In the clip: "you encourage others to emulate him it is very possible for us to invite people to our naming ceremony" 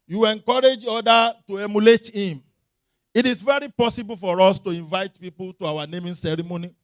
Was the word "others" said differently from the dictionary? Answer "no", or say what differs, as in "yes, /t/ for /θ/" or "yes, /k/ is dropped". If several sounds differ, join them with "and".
yes, /z/ is dropped